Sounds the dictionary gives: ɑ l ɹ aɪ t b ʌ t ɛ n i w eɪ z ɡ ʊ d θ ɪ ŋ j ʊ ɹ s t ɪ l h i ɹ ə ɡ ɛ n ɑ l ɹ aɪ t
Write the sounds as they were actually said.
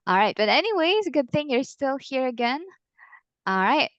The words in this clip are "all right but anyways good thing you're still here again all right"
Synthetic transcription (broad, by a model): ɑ l ɹ aɪ t b ʌ t ɛ n i w eɪ z ɡ ʊ d θ ɪ ŋ j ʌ ɹ s t ɪ l h i ɹ ə ɡ ɛ n ɑ l ɹ aɪ t